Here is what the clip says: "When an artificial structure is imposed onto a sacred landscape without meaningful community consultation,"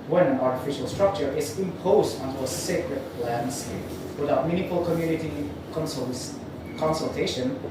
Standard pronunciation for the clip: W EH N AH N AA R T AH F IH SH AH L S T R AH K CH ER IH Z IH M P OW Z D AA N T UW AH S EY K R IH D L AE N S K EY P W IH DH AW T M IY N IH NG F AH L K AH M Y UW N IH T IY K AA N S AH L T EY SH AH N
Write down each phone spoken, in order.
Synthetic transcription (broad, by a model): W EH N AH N AA R T AH F IH SH AH L S T R AH K CH ER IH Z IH M P OW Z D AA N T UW AH S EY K R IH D L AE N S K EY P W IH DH AW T M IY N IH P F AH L K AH M Y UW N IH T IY K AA N S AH L T EY SH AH N